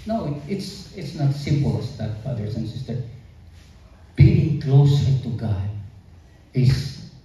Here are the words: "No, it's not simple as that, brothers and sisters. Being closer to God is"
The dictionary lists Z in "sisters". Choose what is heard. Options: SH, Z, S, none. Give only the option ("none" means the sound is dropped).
none